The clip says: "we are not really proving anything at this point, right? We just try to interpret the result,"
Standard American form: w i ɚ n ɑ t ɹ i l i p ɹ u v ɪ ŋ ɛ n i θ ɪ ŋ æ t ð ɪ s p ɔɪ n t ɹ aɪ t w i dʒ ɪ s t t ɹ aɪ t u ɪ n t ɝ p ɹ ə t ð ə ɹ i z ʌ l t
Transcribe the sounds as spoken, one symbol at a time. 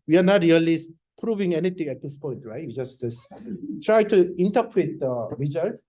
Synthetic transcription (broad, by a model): w i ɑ n ɑ t ɹ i l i p ɹ u v ɪ ŋ ɛ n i t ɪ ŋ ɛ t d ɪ s p ɔɪ n t ɹ aɪ t w i dʒ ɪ s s t ɹ aɪ t u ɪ n t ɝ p ɹ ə t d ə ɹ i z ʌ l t